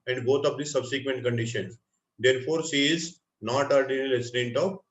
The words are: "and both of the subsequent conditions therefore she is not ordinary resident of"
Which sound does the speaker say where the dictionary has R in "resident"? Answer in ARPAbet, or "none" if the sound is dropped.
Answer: L